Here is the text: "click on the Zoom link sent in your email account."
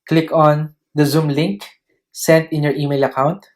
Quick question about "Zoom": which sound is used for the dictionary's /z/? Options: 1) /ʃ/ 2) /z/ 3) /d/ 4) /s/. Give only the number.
2